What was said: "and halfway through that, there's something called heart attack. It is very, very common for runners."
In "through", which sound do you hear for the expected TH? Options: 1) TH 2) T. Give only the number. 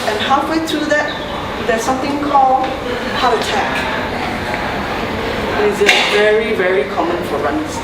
2